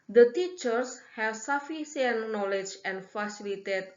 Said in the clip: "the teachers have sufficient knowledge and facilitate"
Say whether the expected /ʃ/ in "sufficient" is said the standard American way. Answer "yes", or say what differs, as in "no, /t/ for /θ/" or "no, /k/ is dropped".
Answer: no, /s/ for /ʃ/